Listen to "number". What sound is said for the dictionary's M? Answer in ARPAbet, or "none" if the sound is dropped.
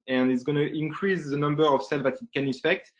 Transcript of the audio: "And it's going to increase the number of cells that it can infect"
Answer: M